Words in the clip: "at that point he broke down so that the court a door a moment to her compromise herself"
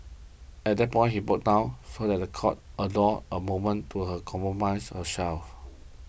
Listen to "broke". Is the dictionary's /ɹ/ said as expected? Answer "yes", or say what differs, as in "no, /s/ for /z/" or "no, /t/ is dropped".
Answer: no, /ɹ/ is dropped